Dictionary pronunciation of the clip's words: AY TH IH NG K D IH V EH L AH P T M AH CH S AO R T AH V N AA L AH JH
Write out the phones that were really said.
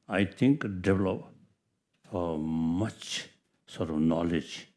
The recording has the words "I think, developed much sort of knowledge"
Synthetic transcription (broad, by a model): AY T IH NG K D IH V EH L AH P M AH CH S AO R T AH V N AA L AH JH